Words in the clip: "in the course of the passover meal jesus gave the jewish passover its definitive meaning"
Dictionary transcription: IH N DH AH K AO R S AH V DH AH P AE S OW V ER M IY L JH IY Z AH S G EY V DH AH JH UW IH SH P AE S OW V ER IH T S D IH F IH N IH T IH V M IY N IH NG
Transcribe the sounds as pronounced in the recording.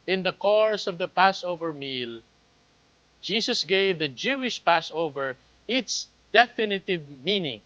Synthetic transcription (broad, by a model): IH N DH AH K AO R S AH V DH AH P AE S OW V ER M IY L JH IY S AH S G EY V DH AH JH UW IH SH P AE S OW V ER IH T S D IH F IH N IH T IH V M IY N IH NG